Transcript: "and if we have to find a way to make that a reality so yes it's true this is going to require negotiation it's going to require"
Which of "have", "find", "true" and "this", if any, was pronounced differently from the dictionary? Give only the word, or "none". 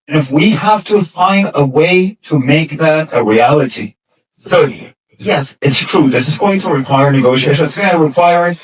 have